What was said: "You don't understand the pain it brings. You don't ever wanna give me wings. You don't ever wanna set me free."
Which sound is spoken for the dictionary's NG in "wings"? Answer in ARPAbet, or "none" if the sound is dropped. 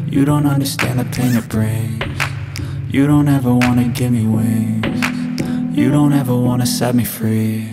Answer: none